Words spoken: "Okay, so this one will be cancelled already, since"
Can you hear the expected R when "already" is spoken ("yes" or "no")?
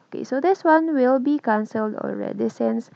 yes